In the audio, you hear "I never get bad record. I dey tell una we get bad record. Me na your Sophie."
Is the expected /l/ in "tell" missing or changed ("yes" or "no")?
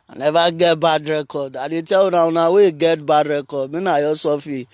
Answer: yes